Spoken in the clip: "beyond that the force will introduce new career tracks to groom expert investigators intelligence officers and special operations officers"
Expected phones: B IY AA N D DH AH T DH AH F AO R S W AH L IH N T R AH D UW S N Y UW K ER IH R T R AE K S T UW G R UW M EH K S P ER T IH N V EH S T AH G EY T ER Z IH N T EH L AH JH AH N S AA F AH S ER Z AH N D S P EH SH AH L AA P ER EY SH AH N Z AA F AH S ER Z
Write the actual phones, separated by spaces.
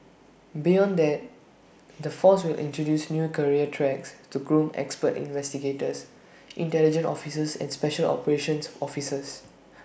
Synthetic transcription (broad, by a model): B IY AA N D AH T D AH F AO S W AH L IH N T R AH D UW S N Y UW K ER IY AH T R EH K S T UW G R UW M EH K S P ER T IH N V EH S T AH G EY T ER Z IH N T EH L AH JH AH N AA F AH S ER S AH N S P EH SH AH L AA P ER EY SH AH N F AA F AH S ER S